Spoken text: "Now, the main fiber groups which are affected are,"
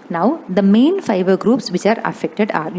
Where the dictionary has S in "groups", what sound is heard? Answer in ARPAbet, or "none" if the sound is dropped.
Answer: S